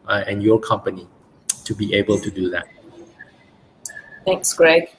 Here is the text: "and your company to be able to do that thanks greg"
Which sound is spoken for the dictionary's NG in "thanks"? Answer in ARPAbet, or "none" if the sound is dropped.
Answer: none